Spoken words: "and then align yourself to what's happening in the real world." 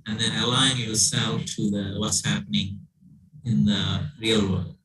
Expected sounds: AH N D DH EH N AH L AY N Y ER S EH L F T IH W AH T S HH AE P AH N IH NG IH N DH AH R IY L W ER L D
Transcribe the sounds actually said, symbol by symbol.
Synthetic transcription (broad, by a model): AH N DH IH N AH L AY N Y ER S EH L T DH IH W AH T S HH AE P AH N IH NG IH N DH AH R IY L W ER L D